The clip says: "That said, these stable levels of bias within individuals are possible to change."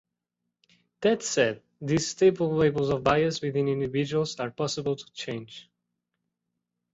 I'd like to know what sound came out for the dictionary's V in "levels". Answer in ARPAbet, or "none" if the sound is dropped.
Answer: B